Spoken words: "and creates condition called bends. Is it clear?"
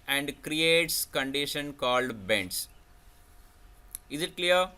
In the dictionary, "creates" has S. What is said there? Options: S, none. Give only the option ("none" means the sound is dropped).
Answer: S